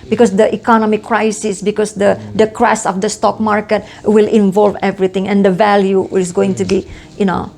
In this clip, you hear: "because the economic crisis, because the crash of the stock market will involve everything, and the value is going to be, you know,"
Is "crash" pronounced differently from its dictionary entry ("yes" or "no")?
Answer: yes